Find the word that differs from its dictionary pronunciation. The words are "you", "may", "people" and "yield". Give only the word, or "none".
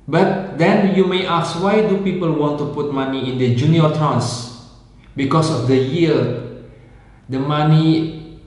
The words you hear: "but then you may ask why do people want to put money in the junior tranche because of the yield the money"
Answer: yield